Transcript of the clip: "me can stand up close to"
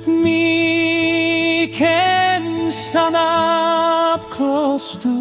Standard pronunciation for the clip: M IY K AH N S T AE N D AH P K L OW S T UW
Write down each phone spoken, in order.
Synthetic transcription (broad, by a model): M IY K AH N S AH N AH P K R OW S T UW